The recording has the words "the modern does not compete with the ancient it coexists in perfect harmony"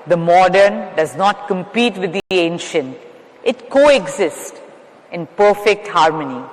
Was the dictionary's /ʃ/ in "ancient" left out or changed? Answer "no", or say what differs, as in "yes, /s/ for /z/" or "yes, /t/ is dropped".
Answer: no